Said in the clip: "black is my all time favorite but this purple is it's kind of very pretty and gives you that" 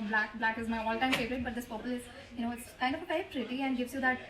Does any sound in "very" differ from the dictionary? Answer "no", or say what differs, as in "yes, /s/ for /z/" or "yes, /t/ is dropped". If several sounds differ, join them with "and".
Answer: yes, /ɹ/ is dropped